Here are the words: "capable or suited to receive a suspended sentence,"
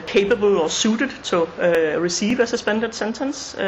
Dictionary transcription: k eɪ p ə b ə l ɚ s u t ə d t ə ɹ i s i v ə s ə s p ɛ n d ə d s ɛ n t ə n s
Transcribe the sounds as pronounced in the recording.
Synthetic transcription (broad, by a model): k eɪ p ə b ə l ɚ s u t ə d s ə ɹ i s i v ə s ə s b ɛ n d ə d s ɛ n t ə n s